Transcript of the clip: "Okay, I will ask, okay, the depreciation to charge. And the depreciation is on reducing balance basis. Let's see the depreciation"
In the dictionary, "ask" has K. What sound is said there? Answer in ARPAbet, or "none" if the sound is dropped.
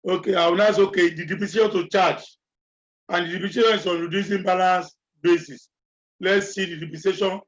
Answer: none